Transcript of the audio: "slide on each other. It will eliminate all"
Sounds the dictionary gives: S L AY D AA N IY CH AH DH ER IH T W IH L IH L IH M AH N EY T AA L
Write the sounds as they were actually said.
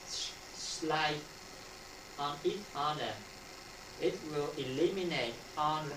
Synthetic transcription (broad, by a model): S L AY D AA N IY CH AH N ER IH T W IH L IH L IH M AH N EY T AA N